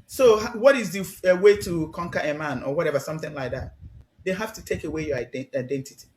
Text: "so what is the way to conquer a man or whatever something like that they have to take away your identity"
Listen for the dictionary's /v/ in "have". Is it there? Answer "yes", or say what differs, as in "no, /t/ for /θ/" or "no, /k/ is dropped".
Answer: no, /f/ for /v/